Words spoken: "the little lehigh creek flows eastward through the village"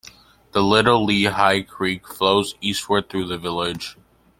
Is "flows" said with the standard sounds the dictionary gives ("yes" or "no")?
yes